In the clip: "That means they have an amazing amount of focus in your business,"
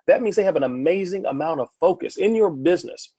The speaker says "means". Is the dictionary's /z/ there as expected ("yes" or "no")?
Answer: yes